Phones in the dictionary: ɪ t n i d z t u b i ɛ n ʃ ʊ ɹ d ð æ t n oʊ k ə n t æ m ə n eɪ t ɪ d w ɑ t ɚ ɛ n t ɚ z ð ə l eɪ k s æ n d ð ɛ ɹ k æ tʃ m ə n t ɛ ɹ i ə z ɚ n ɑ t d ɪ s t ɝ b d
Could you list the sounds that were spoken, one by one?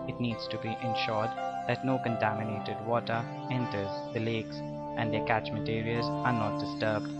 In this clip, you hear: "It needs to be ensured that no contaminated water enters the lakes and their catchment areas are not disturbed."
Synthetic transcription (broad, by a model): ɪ t n i d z t u b i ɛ n ʃ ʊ ɹ d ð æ t n oʊ k ə n t æ m ə n eɪ t ɪ d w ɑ t ɚ ɛ n t ɚ z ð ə l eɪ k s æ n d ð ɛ k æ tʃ m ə t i ɹ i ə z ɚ n ɑ t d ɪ s t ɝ b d